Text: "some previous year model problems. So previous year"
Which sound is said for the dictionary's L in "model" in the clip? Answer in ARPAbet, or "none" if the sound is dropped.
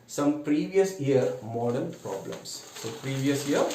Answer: N